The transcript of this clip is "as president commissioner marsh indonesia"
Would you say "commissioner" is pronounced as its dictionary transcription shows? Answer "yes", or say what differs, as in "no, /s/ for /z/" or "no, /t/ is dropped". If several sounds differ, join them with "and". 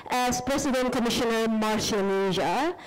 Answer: yes